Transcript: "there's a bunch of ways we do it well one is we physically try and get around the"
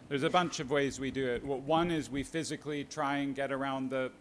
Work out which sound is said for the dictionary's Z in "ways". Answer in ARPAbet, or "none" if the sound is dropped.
Z